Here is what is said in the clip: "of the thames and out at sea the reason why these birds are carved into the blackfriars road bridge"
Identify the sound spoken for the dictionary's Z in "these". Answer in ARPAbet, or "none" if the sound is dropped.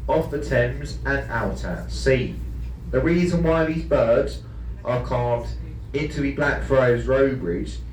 Z